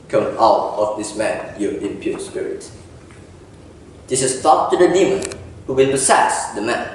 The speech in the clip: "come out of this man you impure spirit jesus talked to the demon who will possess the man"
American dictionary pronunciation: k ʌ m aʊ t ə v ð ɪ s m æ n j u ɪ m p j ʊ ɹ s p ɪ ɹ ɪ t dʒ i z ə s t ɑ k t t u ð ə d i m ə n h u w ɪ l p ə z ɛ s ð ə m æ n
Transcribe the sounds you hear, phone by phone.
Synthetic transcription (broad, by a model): k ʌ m aʊ t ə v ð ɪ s m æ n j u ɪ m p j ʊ s p ɪ ɹ ɪ t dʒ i s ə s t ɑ t t u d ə d i m ə n h u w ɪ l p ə s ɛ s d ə m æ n